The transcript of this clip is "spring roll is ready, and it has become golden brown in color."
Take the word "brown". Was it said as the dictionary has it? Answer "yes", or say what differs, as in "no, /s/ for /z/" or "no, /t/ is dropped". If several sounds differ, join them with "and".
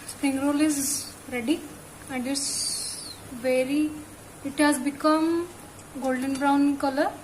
no, /n/ is dropped